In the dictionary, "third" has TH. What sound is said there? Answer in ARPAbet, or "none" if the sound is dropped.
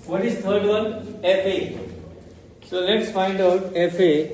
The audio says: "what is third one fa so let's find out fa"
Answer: T